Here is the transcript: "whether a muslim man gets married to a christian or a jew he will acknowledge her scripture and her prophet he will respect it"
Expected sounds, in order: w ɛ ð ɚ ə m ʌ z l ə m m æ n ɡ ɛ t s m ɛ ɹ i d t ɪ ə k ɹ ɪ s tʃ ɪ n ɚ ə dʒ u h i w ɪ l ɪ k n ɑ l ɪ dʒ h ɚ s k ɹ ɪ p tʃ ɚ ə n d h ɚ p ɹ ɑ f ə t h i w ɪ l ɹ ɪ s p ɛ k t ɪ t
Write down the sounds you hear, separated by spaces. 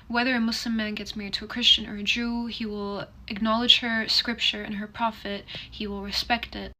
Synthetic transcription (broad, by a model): w ɛ ð ɚ ə m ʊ s l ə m m æ n ɡ ɛ t s m ɛ ɹ i d t ɪ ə k ɹ ɪ s tʃ ɪ n ɚ ə dʒ u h i w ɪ l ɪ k n ɑ l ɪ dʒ h ɚ s k ɹ ɪ p tʃ ɚ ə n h ɚ p ɹ ɑ f ə t h i w ɪ l ɹ ɪ s p ɛ k t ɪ t